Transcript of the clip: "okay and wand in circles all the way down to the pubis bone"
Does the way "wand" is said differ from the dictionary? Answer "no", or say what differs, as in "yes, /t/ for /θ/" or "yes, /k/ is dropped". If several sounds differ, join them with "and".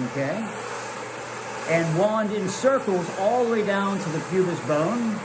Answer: no